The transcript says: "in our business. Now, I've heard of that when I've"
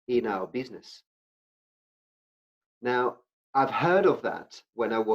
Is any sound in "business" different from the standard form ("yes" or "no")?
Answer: no